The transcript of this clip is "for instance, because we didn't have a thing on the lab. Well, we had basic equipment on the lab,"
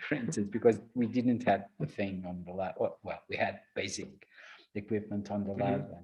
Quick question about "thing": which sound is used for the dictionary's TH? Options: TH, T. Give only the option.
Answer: TH